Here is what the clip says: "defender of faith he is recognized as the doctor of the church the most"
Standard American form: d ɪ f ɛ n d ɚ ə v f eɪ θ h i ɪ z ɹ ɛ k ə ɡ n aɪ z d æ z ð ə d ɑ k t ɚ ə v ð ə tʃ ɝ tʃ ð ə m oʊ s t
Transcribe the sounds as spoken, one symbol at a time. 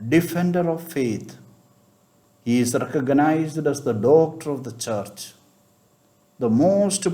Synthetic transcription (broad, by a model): d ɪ f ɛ n d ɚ ə v f eɪ t h i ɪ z ɹ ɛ k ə ɡ n aɪ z d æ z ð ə d ɑ k t ɚ ə v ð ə tʃ ɝ tʃ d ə m oʊ s t